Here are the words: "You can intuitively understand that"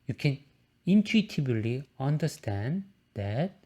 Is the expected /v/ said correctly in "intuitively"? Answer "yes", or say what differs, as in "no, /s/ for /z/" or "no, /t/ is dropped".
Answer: no, /b/ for /v/